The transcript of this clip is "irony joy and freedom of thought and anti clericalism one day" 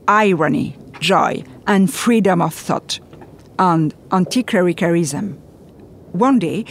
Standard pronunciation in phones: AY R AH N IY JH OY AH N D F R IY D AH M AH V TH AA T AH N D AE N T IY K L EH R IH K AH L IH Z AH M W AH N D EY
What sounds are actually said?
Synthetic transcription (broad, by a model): AY R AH N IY JH OY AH N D F R IY D AH M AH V TH AA T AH N D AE N T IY K EH R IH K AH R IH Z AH M W AH N D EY